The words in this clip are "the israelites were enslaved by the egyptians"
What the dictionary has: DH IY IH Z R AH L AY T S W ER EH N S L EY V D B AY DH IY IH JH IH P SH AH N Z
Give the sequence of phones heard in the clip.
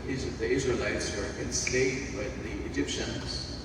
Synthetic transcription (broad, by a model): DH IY IH Z R AH L AY T S W ER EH N S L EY D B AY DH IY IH JH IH P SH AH N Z